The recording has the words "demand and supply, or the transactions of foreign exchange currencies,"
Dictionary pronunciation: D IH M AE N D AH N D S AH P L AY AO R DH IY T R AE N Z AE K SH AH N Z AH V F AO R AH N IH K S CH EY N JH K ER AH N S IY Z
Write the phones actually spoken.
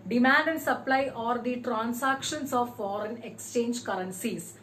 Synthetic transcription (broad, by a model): D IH M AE N D AH N D S AH P L AY AO R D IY T R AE N S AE K SH AH N S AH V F AO R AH N IH K S CH EY N JH K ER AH N S IY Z